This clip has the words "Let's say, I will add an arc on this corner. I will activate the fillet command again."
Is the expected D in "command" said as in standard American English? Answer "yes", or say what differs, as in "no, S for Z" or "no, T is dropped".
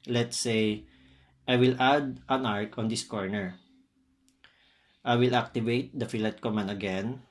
no, D is dropped